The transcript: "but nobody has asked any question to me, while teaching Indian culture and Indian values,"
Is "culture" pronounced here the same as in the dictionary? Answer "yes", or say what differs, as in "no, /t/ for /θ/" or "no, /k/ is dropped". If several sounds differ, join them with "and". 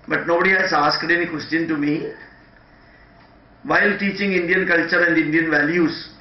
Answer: yes